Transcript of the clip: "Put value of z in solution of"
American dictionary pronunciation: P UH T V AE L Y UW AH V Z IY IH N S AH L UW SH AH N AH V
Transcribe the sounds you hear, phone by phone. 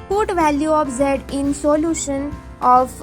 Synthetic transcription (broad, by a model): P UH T V AE L Y UW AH P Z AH IH N S AH L UW SH AH N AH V